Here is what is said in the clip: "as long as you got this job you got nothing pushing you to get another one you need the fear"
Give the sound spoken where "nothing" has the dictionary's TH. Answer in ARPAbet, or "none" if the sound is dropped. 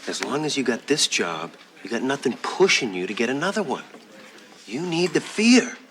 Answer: TH